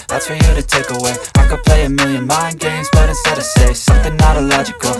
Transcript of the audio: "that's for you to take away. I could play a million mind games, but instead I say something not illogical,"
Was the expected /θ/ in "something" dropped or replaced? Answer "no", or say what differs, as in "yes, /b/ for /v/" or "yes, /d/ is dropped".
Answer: no